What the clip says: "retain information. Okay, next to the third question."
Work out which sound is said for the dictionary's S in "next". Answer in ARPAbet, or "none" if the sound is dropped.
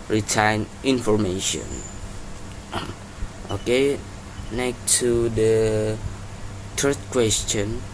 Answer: none